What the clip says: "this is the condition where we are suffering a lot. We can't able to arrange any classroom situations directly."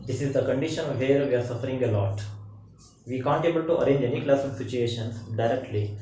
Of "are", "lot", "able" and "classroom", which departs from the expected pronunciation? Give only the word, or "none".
classroom